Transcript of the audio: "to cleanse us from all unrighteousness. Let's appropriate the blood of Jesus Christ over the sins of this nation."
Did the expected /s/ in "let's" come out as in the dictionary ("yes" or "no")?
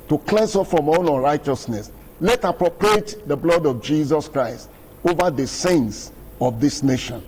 no